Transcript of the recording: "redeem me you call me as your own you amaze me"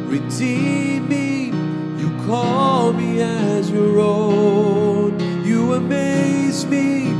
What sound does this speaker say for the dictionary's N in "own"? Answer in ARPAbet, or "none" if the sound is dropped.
N